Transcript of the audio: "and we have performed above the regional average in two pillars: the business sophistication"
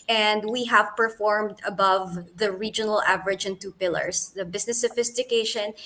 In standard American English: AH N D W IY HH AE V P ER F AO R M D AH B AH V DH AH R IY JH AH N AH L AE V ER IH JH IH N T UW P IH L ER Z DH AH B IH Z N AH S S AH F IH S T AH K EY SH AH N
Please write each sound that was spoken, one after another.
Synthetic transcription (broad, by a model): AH N D W IY HH AE V P ER F AO R M D AH B AH V DH AH R IY JH AH N AH L AE V ER IH JH IH N T UW P IH L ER S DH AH B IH S N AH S S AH F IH S T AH K EY SH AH N